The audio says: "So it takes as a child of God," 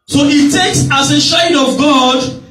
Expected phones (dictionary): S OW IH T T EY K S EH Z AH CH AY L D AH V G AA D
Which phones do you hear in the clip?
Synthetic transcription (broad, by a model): S OW IH T T EY K S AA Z AH SH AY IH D AH V G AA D